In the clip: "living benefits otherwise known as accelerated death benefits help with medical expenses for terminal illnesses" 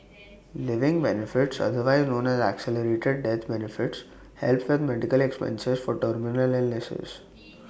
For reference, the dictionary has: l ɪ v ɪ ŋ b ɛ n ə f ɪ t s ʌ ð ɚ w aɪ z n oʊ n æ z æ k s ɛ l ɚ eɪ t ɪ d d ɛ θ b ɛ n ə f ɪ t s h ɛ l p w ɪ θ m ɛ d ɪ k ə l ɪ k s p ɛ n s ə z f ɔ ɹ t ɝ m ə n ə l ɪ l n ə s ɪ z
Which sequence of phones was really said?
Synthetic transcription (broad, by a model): l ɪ v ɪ ŋ b ɛ n ə f ɪ t s ʌ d ɚ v aɪ z n oʊ n æ z æ k s ɛ l ɚ eɪ t ɪ d d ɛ t b ɛ n ə f ɪ t s h ɛ l p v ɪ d m ɛ d ɪ k ə l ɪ k s p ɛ n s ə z f ɔ ɹ t ɝ m ə n ə l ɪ l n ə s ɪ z